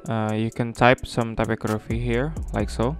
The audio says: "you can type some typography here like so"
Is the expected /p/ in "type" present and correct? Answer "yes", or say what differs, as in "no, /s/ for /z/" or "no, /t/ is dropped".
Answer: yes